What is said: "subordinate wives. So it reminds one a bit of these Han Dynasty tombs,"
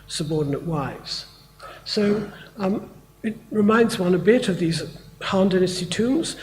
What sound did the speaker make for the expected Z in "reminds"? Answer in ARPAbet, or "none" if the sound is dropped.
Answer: Z